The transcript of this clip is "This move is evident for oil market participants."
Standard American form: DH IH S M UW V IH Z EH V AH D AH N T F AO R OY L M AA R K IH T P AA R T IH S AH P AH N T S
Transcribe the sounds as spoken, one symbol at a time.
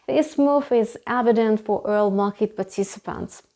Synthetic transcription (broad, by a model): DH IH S M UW F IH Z EH V AH D AH N T F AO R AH L M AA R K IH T P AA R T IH S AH P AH N T S